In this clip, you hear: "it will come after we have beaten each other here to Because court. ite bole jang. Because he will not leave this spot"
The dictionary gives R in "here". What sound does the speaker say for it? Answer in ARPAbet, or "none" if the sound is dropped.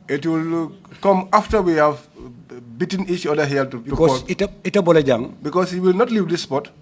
L